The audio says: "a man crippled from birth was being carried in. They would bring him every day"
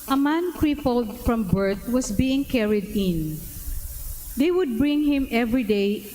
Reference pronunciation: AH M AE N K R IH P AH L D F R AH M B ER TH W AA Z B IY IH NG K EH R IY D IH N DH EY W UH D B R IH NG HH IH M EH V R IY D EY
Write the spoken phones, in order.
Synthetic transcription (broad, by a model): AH M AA N K R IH P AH L D F R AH M B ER T W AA S B IY IH NG K EH R IY D IH N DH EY W UH D B R IH NG HH IH M EH V R IY D EY